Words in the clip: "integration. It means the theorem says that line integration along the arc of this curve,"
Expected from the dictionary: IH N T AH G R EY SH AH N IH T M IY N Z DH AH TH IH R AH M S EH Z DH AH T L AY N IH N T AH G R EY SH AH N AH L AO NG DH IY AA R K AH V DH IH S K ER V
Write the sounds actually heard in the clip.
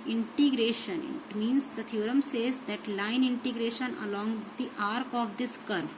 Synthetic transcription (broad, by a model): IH N T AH G R EY SH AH N IH T M IY N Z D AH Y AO R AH M S EH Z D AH T L AY N IH N T AH G R EY SH AH N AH L AO NG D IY AA R K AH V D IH S K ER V